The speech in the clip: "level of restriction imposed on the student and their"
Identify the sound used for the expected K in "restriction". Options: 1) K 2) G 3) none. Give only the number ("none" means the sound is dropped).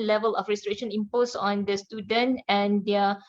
3